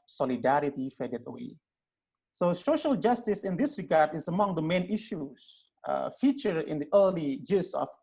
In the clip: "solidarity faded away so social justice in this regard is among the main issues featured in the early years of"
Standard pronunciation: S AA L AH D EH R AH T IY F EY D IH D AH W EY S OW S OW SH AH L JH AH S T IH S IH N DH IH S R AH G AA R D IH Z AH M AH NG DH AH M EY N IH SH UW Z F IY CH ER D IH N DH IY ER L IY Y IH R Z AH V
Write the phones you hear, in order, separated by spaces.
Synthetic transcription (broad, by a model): S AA L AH D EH R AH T IY F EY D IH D AH W EY S OW S OW SH AH L JH AH S T IH S IH N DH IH S R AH G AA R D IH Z AH M AH NG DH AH M EY N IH SH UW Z F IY CH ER IH N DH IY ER L IY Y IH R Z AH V